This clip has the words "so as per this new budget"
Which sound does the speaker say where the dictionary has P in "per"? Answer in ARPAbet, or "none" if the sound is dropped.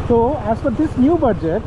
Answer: F